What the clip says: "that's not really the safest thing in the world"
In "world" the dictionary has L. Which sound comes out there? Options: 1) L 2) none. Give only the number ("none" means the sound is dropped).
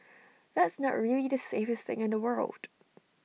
1